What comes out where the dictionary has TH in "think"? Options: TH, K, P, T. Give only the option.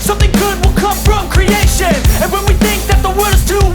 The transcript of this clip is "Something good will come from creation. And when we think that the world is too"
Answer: TH